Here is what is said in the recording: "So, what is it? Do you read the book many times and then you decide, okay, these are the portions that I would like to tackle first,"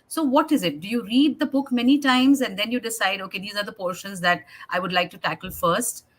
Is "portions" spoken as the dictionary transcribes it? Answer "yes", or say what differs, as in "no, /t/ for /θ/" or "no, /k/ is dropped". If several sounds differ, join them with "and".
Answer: yes